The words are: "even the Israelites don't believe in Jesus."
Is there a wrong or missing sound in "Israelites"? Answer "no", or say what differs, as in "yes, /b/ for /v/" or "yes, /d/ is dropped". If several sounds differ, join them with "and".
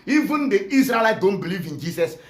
yes, /s/ is dropped